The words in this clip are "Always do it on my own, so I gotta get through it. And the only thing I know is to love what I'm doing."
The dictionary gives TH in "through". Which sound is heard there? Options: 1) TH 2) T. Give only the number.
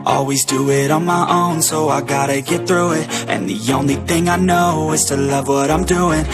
1